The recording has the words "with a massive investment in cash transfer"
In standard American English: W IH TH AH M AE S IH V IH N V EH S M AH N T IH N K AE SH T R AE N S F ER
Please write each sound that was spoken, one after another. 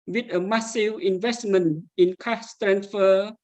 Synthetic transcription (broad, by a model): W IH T AH M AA S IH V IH N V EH S M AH N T IH N K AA S T R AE N S F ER